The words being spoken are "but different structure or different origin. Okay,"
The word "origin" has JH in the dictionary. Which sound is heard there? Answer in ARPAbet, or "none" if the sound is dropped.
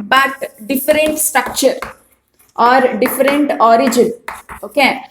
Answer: JH